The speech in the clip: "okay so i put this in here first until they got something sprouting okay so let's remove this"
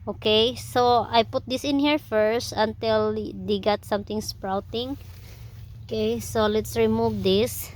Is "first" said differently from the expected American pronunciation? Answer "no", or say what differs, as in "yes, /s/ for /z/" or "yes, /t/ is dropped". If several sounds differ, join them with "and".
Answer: no